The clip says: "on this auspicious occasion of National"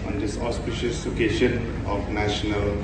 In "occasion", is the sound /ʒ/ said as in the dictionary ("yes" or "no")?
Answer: no